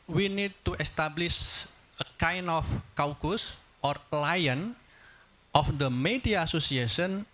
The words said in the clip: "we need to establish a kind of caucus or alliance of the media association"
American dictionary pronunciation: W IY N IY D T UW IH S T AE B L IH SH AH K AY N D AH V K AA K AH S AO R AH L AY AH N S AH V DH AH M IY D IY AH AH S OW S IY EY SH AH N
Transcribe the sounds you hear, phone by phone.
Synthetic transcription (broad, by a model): W IY N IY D T UW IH S T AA B L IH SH AH K AY N AH F K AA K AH S AO R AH L AY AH N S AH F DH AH M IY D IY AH S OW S IY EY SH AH N